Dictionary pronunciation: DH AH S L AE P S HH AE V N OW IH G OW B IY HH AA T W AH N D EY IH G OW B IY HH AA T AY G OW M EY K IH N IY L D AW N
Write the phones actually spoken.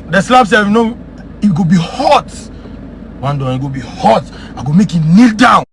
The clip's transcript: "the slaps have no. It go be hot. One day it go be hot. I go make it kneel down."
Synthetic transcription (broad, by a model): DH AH S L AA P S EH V N OW IH G OW B IY HH AA T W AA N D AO IH G OW B IY HH AA T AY G OW M EY K IH N IY L D AW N